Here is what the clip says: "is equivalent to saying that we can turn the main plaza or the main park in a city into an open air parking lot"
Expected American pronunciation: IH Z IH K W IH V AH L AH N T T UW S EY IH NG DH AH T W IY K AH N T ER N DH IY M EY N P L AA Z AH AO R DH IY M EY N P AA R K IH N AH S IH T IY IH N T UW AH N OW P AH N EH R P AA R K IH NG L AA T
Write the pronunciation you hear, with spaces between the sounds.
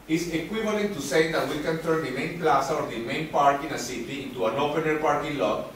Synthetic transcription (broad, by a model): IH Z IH K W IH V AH L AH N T T UW S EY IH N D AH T W IY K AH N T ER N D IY M EY N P L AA S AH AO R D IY M EY N P AA R K IH N AH S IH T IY IH N T UW AH N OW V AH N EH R P AA R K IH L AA